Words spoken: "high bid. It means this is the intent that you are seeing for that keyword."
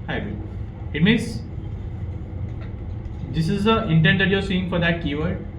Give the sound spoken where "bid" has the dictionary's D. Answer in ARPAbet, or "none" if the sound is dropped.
none